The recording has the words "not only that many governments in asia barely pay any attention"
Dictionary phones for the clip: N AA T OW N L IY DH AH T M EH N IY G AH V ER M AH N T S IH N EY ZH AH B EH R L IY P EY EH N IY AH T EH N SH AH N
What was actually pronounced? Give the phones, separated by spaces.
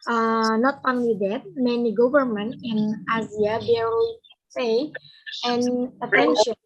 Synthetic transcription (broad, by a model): N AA T OW N L IY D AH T M EH N IY G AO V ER M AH N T IH N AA Z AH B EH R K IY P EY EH N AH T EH N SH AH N